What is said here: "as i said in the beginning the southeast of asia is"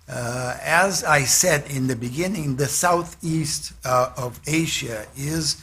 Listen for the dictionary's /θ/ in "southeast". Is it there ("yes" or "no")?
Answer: yes